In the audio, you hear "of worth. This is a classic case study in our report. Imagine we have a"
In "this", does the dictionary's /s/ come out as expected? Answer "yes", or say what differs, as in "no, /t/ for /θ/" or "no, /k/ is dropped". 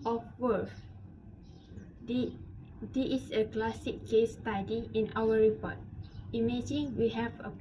no, /s/ is dropped